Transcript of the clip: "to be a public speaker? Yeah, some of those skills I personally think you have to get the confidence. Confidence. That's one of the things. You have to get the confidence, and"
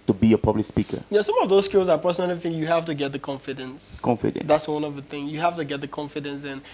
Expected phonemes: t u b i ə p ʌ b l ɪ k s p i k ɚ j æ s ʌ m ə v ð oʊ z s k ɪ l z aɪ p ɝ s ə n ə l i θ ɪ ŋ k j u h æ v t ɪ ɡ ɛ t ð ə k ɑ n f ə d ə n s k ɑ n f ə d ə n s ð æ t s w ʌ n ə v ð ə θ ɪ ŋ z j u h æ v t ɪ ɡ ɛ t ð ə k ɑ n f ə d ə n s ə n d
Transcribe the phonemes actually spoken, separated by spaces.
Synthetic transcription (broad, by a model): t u b i ə p ʌ b l ɪ k s p i k ɚ j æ s ʌ m ə v ð oʊ z s k ɪ l z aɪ p ɝ s ə n ə l i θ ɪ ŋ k j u h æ f t ɪ ɡ ɛ t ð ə k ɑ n f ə d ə n s k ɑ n f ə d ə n ð æ t s w ʌ n ə v ð ə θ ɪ ŋ j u h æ f t ɪ ɡ ɛ t ð ə k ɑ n f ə d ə n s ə n